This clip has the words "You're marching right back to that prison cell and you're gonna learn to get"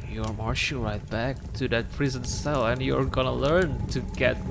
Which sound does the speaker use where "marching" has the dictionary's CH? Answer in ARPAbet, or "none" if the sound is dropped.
SH